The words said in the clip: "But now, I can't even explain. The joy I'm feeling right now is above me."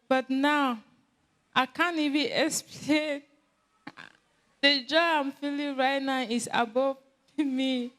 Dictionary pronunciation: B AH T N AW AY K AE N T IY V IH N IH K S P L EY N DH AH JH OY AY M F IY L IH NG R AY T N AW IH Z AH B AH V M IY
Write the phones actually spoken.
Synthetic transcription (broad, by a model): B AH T N AW AY K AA N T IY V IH IH K S P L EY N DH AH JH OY AY M F IY L IH NG R AY T N AW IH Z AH B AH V M IY